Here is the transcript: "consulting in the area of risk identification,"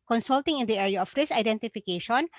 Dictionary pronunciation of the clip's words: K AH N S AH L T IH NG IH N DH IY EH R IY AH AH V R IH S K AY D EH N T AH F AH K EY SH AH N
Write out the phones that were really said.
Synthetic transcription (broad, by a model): K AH N S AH L T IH NG IH N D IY EH R IY AH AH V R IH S AY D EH N T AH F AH K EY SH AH N